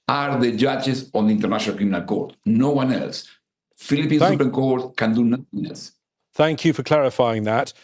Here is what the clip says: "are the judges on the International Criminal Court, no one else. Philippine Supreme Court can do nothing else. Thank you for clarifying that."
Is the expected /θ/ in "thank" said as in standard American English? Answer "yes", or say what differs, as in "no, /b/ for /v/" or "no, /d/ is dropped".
yes